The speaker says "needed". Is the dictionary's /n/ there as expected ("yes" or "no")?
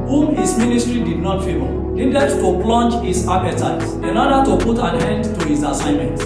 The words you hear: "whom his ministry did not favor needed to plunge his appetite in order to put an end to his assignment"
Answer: no